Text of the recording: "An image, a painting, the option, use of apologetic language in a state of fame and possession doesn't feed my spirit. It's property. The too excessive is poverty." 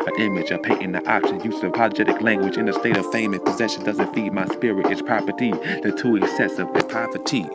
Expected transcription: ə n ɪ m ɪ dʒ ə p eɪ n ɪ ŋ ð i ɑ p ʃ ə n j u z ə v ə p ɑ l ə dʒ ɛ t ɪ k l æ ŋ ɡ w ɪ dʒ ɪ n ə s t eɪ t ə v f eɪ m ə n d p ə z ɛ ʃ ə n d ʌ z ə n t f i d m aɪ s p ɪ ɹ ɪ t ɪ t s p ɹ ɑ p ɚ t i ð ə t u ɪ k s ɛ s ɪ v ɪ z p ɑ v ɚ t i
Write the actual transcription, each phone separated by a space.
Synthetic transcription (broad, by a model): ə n ɪ m ɪ dʒ ə p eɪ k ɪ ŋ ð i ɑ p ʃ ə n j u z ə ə p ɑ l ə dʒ ɛ t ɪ k l æ ŋ ɡ w ɪ dʒ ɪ n ə s t eɪ t ə v f eɪ m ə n p ə z ɛ ʃ ə n d ʌ z ə n t f i d m aɪ s p ɪ ɹ ɪ t ɪ t s p ɹ ɑ p ɚ t i ð ə t u ɪ k s ɛ s ɪ v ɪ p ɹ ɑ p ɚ t i